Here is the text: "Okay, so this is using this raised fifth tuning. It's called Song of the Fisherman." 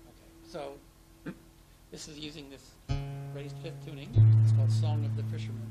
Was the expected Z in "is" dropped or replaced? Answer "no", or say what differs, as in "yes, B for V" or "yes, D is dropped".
no